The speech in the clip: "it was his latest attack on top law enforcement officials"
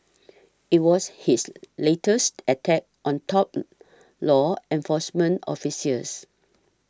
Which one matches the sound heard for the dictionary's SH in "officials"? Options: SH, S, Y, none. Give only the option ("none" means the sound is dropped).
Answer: S